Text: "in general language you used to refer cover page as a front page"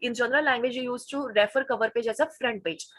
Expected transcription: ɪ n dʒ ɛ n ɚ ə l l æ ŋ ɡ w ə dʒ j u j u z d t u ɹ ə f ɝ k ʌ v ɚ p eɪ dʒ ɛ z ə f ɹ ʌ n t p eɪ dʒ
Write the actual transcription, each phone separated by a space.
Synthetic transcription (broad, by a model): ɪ n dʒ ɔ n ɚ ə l l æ ŋ ɡ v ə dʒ j u j u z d t u ɹ ə f ɝ k ʌ v ɚ p eɪ dʒ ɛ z ə f ɹ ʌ n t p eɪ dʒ